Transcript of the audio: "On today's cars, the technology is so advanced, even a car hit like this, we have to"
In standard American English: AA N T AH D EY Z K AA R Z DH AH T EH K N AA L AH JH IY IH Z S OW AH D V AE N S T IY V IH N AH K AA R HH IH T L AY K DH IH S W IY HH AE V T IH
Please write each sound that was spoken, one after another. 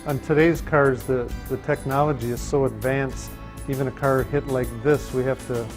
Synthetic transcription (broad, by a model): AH N T AH D EY Z K AA R Z DH AH T EH K N AA L AH JH IY IH Z S OW AH D V AE N S T IY V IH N AH K AA R HH IH T L AY K DH IH S W IY HH AE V T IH